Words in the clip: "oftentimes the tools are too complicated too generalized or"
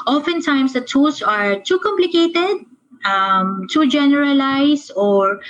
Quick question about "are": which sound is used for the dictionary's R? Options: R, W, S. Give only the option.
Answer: R